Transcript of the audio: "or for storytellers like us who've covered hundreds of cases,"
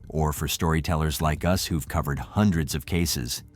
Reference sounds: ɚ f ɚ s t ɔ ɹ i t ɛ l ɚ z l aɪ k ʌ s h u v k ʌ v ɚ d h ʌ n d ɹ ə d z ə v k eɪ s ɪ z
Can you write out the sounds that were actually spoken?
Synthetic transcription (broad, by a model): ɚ f ɚ s t ɔ ɹ i t ɛ l ɚ z l aɪ k ʌ s h u v k ʌ v ɚ d h ʌ n d ɹ ə d z ə v k eɪ s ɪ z